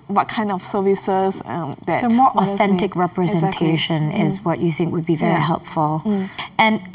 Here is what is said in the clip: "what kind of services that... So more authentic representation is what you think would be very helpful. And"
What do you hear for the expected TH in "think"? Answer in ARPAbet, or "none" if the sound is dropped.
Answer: TH